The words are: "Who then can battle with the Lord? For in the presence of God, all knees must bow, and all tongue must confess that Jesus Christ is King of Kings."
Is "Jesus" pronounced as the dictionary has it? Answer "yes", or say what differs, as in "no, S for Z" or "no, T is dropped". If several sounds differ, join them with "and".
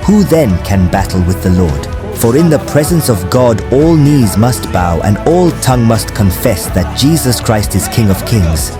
yes